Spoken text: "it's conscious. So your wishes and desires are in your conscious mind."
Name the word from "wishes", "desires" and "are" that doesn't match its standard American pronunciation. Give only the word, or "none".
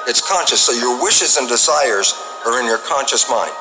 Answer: none